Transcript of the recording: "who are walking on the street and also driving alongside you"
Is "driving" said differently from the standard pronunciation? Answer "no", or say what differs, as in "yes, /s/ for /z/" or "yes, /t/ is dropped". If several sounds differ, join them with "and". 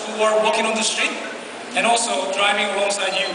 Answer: no